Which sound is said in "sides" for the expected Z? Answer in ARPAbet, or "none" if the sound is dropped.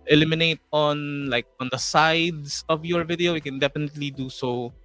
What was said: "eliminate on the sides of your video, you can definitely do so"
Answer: S